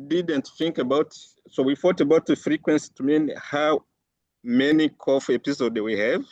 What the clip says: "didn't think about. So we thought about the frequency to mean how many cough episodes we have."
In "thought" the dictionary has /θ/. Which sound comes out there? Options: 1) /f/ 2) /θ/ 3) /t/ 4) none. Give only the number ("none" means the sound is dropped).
1